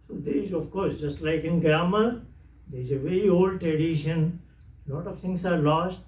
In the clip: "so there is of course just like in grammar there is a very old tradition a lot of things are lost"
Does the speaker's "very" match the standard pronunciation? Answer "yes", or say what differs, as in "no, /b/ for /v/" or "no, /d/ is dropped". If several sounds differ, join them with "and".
yes